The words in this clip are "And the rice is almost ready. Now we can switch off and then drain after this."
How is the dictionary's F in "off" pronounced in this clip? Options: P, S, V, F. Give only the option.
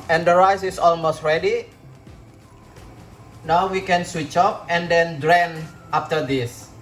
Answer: P